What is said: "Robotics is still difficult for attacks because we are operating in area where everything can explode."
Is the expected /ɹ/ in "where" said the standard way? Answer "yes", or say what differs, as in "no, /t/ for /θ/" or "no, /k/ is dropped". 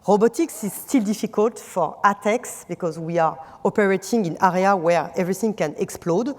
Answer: yes